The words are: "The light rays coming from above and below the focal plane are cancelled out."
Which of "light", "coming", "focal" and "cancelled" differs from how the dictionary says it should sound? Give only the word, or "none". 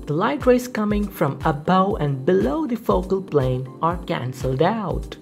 none